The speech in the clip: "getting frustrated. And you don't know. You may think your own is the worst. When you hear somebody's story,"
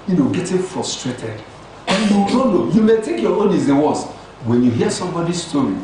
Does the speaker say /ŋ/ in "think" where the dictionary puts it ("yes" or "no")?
no